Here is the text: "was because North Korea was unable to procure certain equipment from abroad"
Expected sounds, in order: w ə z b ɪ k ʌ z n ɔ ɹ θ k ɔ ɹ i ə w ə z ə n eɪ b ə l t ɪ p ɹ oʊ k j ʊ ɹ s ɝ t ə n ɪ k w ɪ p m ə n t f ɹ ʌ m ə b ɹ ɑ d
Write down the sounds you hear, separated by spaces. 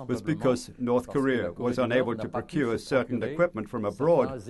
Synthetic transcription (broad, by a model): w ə z b ɪ k ʌ z n ɔ ɹ θ k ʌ ɹ i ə w ə z ə n eɪ b ə l t ɪ p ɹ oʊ k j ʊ ɹ s ɝ t n ɪ k w ɪ p m ə n t f ɹ ʌ m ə b ɹ ɑ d